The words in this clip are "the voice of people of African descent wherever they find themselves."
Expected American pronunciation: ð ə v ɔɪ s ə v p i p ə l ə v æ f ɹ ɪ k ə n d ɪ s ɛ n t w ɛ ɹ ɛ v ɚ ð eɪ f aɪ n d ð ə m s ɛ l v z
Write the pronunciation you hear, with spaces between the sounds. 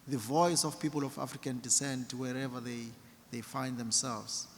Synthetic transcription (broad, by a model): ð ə v ɔɪ s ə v p i p ə l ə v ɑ f ɹ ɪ k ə n d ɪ s ɛ n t w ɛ ɹ ɛ v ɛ ð eɪ f aɪ n d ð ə m s ɛ l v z